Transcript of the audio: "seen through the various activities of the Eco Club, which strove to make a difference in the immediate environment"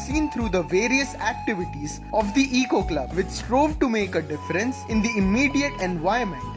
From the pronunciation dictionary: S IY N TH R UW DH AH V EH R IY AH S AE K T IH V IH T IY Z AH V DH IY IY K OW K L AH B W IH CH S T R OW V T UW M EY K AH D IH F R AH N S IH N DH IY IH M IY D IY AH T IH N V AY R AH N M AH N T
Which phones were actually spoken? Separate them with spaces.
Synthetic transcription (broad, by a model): S IY N T R UW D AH V EH R IY AH S AE K T IH V IH T IY Z AH V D IY IY K OW K L AH B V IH CH S T R OW V T UW M EY K AH D IH F R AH N S IH N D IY IH M IY D IY AH T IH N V AY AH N M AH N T